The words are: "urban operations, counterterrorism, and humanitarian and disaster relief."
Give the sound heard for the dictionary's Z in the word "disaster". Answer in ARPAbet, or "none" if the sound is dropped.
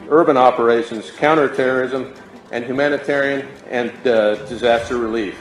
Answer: Z